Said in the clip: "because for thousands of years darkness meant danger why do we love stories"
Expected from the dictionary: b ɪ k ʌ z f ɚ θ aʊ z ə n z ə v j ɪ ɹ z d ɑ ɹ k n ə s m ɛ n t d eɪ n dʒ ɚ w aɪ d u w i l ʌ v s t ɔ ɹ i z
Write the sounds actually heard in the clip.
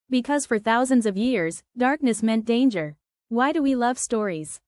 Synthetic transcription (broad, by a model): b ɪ k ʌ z f ɚ θ aʊ z ə n z ə v j ɪ ɹ z d ɑ ɹ k n ə s m ɛ n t d eɪ n dʒ ɚ w aɪ d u w i l ʌ v s t ɔ ɹ i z